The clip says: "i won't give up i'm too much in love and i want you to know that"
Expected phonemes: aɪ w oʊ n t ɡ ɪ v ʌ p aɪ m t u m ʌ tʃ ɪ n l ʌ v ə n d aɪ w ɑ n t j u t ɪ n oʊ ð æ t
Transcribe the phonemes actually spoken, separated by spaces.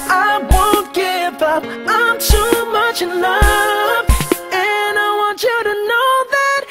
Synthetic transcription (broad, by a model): aɪ w oʊ n t ɡ ɪ v ʌ p aɪ m t u m ʌ tʃ ɪ n ʌ f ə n aɪ w ɑ n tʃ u t ɪ n oʊ ð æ t